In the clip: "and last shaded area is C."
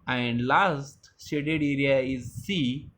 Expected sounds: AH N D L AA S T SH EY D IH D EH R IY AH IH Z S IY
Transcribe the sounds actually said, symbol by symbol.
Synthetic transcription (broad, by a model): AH N D L AA S T S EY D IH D EH R IY AH IH Z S IY